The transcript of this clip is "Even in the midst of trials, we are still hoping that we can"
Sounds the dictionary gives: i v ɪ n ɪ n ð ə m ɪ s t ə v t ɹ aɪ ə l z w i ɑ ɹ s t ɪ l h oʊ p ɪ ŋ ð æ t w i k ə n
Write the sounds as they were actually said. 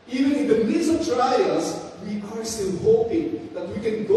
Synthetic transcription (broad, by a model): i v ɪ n ɪ n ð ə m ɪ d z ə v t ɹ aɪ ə z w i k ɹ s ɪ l h oʊ p ɪ ŋ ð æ t w i k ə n